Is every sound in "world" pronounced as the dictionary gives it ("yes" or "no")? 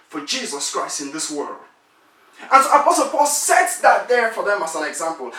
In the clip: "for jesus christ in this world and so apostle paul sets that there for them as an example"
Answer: yes